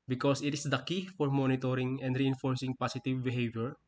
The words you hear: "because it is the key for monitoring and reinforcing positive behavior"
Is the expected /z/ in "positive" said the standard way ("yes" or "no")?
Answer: no